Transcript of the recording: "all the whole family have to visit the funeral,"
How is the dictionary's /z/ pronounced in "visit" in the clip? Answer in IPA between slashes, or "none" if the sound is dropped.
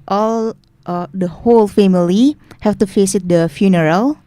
/s/